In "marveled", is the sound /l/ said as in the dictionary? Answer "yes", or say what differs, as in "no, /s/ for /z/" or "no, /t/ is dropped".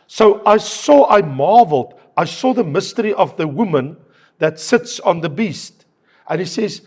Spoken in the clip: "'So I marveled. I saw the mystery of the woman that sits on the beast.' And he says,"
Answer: yes